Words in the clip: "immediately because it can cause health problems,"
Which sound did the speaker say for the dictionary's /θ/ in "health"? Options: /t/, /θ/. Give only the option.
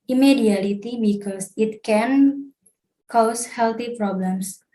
/t/